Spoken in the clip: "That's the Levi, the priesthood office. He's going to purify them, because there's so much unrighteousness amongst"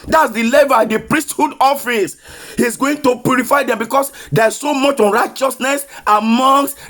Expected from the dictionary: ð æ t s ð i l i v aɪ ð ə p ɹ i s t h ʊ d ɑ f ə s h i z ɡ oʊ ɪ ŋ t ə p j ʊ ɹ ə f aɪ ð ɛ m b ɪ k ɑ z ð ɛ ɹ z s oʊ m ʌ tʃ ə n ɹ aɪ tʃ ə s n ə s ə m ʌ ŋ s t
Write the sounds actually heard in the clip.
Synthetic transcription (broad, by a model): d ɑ t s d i l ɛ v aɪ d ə p ɹ i s t h ʊ d ɑ f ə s h i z ɡ oʊ ɪ ŋ t ə p j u ɹ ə f aɪ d ɛ m b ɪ k ɑ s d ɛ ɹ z s oʊ m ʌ tʃ ə n ɹ aɪ tʃ ə s n ə s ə m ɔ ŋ s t